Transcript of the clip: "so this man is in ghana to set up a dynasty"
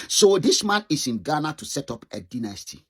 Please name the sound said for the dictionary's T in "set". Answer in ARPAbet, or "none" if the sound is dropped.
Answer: T